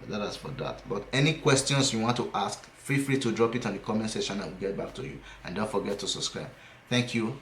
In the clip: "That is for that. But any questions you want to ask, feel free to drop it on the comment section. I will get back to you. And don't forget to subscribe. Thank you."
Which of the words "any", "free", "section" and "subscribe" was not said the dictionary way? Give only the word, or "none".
section